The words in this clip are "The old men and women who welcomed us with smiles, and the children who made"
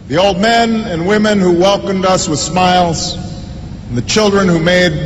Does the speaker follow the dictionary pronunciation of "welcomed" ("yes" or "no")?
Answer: yes